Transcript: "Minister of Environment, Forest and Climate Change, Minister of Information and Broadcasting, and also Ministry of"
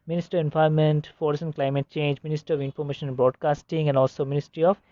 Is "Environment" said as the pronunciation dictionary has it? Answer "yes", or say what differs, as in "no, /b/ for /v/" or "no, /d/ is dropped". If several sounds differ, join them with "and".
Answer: no, /ɹ/ is dropped